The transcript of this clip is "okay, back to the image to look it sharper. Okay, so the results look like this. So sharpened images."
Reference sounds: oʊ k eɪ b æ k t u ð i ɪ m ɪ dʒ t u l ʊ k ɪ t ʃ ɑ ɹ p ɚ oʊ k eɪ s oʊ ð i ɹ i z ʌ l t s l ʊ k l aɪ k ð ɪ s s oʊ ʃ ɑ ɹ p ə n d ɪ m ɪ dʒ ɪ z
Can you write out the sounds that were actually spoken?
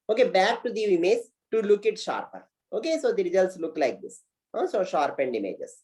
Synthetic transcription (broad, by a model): oʊ k eɪ b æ k t u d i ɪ m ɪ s t u l ʊ k ɪ t ʃ ɑ ɹ p ɚ oʊ k eɪ s oʊ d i ɹ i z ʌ l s l ʊ k l aɪ k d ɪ s s oʊ ʃ ɑ ɹ p ə n d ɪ m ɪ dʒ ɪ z